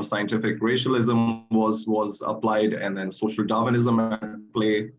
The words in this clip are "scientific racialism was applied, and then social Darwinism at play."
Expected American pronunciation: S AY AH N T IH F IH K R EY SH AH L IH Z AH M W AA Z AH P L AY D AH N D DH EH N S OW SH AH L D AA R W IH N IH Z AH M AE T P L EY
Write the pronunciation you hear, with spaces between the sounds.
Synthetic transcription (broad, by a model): S AY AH N T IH F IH K R EY SH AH L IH Z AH M W AA Z AH P L AY D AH N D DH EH N S OW SH AH L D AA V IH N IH Z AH M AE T P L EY